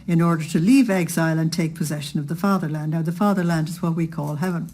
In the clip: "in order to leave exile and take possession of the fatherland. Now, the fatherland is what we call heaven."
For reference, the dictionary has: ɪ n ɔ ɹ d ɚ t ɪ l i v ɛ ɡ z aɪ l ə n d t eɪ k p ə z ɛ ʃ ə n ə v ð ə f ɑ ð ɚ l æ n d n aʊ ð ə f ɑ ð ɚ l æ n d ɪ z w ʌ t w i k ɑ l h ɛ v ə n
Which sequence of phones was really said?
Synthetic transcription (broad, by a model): ɪ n ɔ ɹ d ɚ t ɪ l i v ɛ ɡ z aɪ l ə n t eɪ k p ə z ɛ ʃ ə n ə v ð ə f ɑ ð ɚ l æ n d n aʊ ð ə f ɑ ð ɚ l æ n d ɪ z w ʌ t w i k ɑ l h ɛ v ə n